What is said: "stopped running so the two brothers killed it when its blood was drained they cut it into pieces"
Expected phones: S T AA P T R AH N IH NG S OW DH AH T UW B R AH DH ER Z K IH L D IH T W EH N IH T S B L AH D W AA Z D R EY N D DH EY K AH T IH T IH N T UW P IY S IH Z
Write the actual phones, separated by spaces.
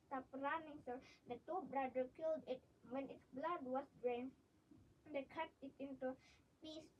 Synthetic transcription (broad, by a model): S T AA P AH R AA N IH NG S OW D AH T UW B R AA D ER K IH L D IH T W EH N IH T S B L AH D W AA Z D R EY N D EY K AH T IH T IH N T UW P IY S